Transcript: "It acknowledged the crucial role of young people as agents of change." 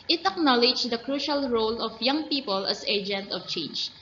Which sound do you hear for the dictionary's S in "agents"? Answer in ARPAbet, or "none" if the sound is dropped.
none